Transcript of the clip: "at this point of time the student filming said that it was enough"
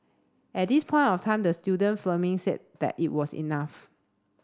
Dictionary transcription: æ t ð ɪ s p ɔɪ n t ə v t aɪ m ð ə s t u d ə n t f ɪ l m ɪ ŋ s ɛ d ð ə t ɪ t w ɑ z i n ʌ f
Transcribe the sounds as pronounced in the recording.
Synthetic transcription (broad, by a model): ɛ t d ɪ s p ɔɪ n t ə f t aɪ m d ə s t u d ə n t f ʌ m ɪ ŋ s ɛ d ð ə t ɪ t w ɑ s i n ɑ f